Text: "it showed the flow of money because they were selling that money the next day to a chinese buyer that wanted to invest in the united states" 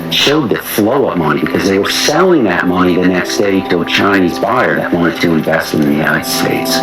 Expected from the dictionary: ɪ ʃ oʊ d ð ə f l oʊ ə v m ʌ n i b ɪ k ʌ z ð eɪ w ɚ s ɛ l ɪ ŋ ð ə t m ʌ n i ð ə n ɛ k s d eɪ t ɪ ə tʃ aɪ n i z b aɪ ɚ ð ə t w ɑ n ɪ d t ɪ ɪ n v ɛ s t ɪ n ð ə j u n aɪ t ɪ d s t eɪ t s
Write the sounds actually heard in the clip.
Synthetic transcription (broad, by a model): ʃ oʊ d ð ə f l oʊ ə p m ʌ n i b ɪ k ʌ z ð eɪ w ɚ s ɛ l ɪ ŋ ð ə t m ʌ n i ð ə n ɛ k s d eɪ t ɪ ə tʃ aɪ n i z b aɪ ɚ ð ə t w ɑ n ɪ t ɪ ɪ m v ɛ s t ɪ n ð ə j u n aɪ t ɪ d s t eɪ t s